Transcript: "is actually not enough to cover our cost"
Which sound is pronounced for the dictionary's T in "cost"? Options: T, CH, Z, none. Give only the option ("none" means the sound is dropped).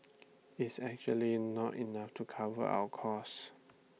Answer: none